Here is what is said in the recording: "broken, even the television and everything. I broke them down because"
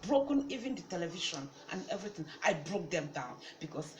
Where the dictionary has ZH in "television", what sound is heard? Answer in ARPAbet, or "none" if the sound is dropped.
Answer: SH